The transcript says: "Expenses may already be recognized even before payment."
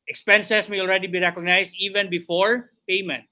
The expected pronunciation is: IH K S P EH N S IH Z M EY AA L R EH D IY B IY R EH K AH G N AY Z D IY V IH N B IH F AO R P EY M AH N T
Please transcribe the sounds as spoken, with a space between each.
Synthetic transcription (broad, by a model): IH K S P EH N S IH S M EY AA L R EH D IY B IY R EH K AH G N AY S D IY V IH N B IH F AO R P EY M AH N T